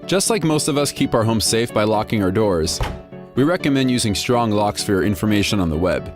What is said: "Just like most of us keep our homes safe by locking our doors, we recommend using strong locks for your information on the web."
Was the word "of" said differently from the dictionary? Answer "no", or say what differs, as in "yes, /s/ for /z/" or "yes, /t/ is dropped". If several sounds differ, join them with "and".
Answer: no